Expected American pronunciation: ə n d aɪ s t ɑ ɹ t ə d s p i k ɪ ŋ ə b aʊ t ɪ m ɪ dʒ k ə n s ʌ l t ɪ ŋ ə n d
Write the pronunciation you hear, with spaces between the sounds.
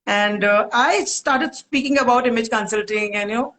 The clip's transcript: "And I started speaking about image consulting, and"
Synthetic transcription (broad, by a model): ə n d aɪ s t ɑ ɹ t ə d s p i k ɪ ŋ ə b aʊ t ɪ m ɪ dʒ k ə n s ʌ l t ɪ ŋ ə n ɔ